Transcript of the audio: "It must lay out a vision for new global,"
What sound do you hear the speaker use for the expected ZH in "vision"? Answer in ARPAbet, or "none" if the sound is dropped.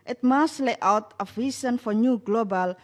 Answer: S